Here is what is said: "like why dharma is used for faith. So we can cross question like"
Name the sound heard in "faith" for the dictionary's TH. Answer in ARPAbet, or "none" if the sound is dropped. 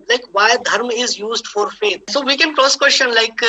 T